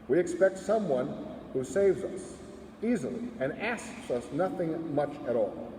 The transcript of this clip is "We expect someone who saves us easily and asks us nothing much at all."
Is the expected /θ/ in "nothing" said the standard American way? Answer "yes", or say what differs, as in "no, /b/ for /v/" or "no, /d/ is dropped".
yes